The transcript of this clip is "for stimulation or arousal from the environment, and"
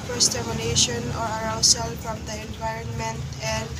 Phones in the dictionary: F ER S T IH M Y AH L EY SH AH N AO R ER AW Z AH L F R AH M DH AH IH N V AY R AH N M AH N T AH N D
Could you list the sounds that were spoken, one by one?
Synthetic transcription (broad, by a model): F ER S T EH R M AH N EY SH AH N AO R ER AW S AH L F R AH M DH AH IH N V AY R AH N M AH N T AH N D